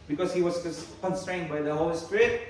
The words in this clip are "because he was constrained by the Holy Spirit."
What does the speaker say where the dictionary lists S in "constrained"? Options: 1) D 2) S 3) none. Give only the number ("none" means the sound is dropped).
2